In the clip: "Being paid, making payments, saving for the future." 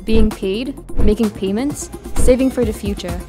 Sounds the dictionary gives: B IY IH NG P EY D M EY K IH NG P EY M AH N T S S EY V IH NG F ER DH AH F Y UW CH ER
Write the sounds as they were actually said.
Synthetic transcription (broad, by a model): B IY IH NG P EY D M EY K IH NG P EY M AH N T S S EY V IH NG F ER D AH F Y UW CH ER